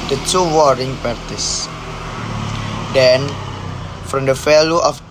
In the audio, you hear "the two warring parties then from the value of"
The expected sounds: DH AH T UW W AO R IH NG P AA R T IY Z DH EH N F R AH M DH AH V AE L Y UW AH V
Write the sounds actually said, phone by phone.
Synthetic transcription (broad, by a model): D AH T UW W AO R IH NG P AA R T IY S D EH N F R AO M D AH F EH L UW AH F